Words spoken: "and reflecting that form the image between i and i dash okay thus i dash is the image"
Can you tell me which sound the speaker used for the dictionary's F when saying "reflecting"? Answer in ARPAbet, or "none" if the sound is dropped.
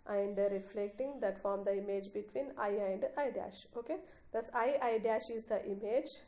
F